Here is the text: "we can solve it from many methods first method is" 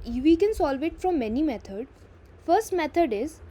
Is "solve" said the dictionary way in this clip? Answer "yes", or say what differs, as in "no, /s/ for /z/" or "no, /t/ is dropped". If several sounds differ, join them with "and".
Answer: yes